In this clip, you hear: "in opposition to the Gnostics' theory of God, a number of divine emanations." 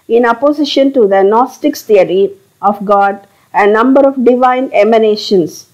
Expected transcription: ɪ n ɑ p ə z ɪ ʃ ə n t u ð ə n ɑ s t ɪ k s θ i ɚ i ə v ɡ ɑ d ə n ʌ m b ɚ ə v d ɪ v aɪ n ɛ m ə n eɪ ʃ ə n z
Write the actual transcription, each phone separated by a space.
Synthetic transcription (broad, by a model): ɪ n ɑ p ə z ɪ ʃ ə n t u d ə n ɑ s t ɪ k s t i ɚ i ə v ɡ ɑ d ə n ʌ m b ɚ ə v d ɪ v aɪ n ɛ m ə n eɪ ʃ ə n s